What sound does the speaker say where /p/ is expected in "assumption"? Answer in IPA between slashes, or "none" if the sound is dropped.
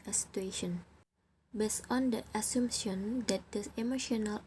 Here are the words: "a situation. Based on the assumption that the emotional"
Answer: none